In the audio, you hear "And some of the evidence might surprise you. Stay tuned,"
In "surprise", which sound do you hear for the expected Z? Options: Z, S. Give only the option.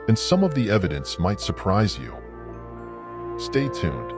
Z